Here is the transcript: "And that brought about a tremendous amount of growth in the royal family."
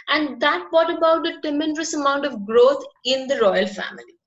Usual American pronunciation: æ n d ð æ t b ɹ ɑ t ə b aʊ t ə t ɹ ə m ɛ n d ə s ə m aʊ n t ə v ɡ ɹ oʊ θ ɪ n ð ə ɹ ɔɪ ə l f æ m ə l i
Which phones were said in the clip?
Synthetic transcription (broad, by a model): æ n d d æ t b ɑ t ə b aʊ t ə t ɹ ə m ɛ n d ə s ə m aʊ n t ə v ɡ ɹ oʊ t ɪ n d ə ɹ ɔɪ ə l f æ m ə l i